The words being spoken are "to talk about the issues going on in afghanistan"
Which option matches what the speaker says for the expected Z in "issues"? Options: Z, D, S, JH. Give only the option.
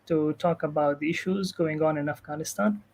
Z